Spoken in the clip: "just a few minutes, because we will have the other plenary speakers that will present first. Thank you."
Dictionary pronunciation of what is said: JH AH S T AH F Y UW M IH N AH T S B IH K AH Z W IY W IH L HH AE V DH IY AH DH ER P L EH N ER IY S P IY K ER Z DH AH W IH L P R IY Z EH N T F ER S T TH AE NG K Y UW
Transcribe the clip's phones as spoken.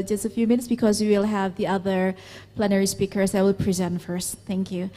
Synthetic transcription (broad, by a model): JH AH S T AH F Y UW M IH N AH T S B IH K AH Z W IY W IH L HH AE V DH IY AH DH ER P L EH N ER IY S P IY K ER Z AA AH W IH L P R IY Z EH N T F ER S T TH AE NG K Y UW